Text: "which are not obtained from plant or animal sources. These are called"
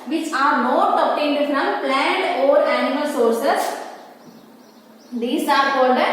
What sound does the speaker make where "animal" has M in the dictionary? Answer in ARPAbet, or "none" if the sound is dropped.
M